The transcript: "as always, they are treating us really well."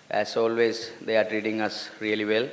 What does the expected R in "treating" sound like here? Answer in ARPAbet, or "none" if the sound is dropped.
R